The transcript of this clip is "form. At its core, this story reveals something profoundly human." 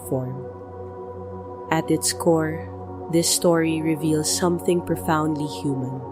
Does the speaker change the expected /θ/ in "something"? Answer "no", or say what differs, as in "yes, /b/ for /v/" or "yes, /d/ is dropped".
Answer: no